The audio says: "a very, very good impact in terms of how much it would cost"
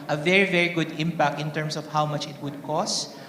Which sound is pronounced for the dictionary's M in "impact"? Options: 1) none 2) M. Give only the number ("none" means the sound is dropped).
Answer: 2